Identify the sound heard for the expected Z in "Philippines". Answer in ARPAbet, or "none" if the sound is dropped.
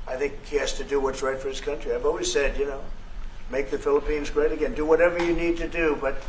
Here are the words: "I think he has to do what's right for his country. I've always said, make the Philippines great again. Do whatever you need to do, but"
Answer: Z